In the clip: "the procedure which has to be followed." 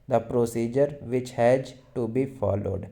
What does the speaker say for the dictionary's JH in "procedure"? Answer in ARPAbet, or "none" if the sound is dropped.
JH